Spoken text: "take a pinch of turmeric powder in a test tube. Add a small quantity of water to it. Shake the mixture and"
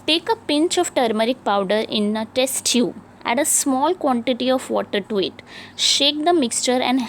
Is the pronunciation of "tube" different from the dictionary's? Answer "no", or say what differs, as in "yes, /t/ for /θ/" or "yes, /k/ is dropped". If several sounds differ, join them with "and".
yes, /b/ is dropped